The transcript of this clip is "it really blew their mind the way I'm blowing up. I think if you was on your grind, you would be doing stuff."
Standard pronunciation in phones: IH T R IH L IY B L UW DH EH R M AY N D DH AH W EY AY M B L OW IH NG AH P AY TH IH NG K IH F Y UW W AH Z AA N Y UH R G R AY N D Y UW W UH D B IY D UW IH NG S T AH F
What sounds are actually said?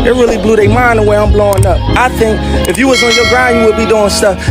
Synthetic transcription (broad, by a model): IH T R IH L IY B L UW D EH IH M AY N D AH W EY AY M B L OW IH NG AH P AY TH IH NG K IH F Y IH W AH Z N Y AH R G R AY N Y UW W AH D B IY D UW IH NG S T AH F